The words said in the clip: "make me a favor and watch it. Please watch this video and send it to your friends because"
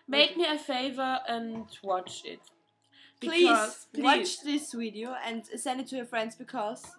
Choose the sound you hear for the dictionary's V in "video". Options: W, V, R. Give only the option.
W